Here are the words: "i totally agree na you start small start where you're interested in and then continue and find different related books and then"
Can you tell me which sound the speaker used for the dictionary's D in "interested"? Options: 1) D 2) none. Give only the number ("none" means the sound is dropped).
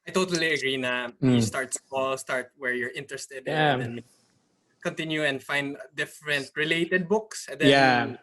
1